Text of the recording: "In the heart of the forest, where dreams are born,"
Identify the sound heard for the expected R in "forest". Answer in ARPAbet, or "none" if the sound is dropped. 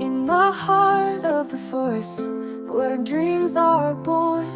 none